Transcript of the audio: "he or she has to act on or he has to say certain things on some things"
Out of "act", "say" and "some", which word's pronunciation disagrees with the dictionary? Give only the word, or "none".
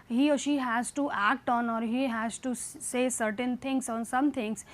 none